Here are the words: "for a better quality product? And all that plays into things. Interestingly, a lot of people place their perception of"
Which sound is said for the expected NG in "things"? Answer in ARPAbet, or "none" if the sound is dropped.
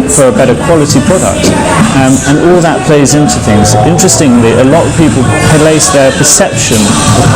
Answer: NG